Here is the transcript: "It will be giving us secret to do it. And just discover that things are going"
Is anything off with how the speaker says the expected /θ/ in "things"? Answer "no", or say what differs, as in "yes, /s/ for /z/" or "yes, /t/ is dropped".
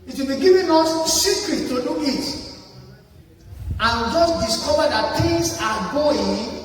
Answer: yes, /t/ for /θ/